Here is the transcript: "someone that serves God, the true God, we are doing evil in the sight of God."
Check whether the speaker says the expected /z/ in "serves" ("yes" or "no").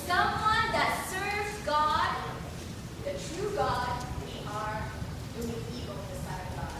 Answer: no